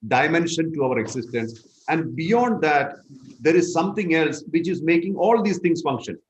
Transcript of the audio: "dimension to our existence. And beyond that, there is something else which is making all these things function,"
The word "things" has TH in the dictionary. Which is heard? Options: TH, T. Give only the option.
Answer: T